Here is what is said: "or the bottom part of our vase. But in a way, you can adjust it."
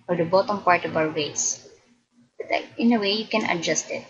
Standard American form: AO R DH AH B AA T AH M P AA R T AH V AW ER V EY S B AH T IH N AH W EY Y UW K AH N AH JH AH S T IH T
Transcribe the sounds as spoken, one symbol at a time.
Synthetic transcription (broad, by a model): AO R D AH B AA T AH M P AA R T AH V AW ER W EY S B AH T IH N AH W EY Y UW K AH N AH JH AH S T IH T